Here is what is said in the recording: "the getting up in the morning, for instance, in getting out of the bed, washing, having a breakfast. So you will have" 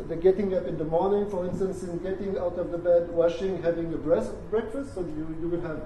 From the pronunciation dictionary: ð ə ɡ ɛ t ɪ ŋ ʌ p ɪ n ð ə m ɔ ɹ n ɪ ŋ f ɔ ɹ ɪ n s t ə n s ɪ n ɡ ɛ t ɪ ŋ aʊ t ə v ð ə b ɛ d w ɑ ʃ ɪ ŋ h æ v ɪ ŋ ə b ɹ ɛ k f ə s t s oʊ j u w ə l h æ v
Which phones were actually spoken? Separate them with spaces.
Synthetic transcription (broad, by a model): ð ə ɡ ɛ t ɪ ŋ ʌ p ɪ n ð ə m ɔ ɹ n ɪ ŋ f ɔ ɹ ɪ n s t ə n s ɪ n ɡ ɛ t ɪ ŋ aʊ t ə v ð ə b ɛ d w ɑ ʃ ɪ ŋ h æ v ɪ ŋ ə b ɹ ɛ k f ə s t s oʊ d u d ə w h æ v